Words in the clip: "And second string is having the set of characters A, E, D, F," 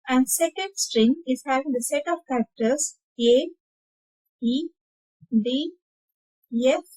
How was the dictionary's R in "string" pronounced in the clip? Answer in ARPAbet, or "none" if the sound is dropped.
R